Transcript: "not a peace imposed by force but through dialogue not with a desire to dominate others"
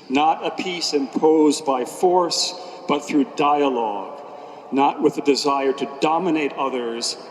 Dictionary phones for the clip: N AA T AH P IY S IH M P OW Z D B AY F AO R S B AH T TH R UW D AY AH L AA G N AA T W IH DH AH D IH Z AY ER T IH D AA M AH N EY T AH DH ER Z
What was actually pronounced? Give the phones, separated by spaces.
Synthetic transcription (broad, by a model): N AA T AH P IY S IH M P OW Z B AY F AO R S B AH T TH R UW D AY AH L AA G N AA T W IH DH AH D IH Z AY ER T IH D AA M AH N EY T AH DH ER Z